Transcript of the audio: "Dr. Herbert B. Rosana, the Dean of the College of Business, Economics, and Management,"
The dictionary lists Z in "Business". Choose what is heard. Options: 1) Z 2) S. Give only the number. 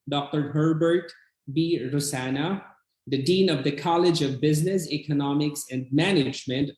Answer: 1